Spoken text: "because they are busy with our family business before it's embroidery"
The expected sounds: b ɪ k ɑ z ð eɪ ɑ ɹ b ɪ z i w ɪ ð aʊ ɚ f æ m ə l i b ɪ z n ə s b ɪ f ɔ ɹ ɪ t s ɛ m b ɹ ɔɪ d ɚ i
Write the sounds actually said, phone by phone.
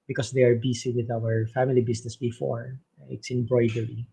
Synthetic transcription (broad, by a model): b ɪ k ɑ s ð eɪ ɑ ɹ b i s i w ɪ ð aʊ ɚ f æ m ə l i b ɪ s n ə s b ɪ f ɔ ɹ ɪ t s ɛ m b ɹ ɔɪ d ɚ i